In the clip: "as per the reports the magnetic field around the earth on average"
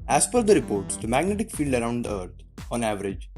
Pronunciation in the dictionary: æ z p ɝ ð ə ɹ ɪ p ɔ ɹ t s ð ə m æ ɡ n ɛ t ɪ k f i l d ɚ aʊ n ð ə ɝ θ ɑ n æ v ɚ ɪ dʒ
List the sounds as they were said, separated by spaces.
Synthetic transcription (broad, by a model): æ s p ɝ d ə ɹ ɪ p ɔ ɹ t s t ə m æ ɡ n ɛ t ɪ k f i l d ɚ aʊ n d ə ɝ t ɑ n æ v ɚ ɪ dʒ